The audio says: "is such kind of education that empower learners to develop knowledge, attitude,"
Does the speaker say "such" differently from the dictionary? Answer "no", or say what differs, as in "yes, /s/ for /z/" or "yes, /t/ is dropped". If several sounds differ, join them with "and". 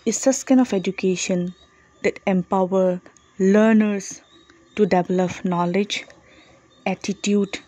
yes, /s/ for /tʃ/